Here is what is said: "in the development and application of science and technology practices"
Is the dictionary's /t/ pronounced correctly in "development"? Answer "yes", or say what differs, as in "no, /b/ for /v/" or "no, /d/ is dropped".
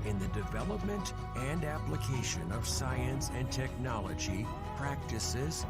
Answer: yes